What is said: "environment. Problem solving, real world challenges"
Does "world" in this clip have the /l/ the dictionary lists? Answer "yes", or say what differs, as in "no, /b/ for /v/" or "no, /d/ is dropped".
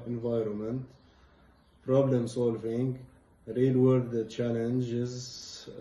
no, /l/ is dropped